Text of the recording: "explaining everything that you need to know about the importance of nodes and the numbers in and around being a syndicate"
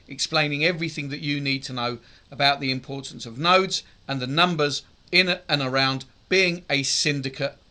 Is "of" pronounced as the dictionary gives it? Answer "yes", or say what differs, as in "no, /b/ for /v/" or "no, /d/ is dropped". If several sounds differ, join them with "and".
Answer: yes